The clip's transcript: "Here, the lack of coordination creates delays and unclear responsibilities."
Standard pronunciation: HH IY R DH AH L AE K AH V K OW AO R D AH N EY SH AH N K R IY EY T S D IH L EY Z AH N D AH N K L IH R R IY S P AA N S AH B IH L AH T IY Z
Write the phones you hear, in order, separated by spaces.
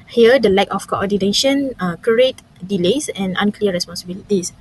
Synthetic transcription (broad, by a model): HH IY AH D AH L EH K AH F K OW AO D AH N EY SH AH N K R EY T D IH L EY S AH N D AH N K L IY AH R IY S P AA N S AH B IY L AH T IY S